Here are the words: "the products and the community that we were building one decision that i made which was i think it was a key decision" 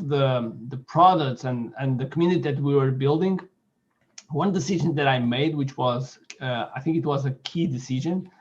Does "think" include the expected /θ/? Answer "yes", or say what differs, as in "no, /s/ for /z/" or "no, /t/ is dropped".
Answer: yes